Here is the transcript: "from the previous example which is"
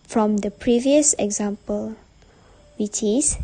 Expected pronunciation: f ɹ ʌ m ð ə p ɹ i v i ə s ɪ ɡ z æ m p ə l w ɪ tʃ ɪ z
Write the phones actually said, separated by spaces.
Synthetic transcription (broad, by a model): f ɹ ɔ m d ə p ɹ i v i ə s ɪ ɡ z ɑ m p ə l w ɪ tʃ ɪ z